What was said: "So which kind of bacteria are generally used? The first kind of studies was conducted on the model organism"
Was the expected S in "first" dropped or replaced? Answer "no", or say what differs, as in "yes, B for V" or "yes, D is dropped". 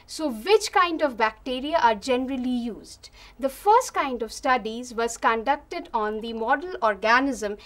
no